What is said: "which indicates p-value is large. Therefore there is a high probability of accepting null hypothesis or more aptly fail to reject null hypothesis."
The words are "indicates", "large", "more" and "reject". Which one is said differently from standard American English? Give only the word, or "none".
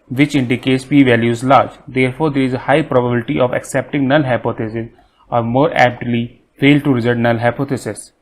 reject